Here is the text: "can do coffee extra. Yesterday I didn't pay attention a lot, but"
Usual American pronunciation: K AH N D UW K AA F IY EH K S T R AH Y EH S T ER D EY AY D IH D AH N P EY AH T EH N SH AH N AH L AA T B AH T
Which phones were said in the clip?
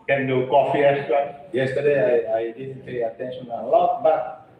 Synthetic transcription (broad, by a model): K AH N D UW K AA F IY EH S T AH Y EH S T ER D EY AY D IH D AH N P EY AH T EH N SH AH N AH L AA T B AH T